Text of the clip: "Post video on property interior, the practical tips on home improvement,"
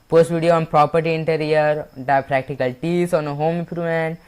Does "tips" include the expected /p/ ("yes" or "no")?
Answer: no